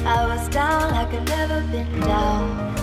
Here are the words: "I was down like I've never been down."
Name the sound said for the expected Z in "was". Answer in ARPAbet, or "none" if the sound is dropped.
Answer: Z